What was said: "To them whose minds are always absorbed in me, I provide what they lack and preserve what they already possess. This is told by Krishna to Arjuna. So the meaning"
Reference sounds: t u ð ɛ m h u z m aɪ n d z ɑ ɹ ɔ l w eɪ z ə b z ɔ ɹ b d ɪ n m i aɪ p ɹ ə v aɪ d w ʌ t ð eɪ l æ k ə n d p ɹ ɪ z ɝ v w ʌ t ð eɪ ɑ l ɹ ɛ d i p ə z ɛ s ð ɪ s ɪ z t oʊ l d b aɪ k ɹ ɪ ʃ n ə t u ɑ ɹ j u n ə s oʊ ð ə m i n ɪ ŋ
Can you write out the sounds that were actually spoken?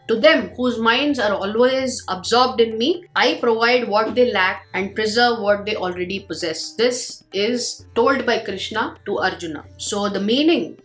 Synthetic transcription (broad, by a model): t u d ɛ m h u z m aɪ n d z ɑ ɹ ɔ l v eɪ z ə b z ɔ ɹ b d ɪ n m i aɪ p ɹ ə v aɪ d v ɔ t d eɪ l æ k ə n d p ɹ ɪ z ɝ v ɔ t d eɪ ɑ l ɹ ɛ d i p ə z ɛ s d ɪ s ɪ z t oʊ l d b aɪ k ɹ ɪ ʃ n ə t u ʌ ɹ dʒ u n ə s oʊ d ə m i n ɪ ŋ